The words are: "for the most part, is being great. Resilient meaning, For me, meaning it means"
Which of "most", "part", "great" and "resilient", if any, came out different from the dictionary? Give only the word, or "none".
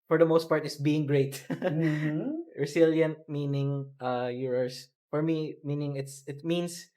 resilient